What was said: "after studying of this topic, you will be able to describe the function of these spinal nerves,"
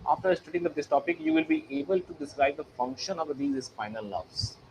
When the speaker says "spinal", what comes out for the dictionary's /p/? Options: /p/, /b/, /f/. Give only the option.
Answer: /f/